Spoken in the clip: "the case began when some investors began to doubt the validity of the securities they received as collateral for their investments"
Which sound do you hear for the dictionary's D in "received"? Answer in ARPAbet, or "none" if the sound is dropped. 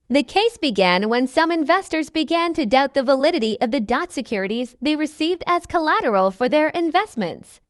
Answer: D